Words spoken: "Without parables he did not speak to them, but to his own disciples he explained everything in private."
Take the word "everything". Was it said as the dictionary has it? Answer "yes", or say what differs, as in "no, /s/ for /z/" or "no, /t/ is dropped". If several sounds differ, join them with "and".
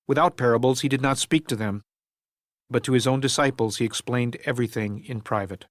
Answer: yes